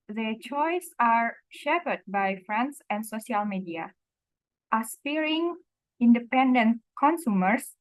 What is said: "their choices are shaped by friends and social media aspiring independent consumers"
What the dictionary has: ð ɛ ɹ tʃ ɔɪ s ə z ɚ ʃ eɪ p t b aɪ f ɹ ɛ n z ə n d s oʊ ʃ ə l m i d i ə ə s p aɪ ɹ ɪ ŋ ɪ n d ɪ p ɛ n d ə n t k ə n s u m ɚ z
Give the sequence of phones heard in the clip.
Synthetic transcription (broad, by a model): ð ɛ tʃ ɔɪ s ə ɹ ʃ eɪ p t b aɪ f ɹ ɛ n s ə n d s oʊ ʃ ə l m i d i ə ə s f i ɹ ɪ ŋ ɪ n d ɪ p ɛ n d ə n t k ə n s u m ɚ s